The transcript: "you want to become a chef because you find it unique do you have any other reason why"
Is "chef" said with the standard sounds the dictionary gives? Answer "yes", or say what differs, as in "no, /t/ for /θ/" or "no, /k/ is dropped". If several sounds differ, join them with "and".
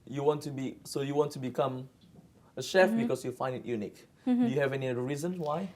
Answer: yes